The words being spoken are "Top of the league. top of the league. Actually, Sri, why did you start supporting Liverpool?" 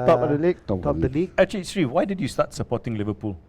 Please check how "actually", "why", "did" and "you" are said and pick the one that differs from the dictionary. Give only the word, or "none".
actually